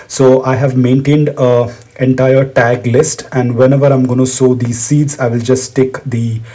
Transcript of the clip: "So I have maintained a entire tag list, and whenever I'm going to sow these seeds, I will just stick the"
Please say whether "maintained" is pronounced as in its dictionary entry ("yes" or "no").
yes